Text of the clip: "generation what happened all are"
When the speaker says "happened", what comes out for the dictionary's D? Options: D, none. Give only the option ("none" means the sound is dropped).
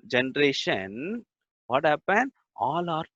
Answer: none